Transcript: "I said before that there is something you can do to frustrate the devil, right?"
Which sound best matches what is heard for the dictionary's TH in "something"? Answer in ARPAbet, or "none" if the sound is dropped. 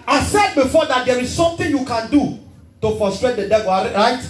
T